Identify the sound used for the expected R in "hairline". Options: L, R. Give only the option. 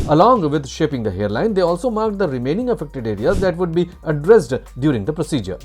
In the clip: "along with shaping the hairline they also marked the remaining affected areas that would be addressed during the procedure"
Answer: R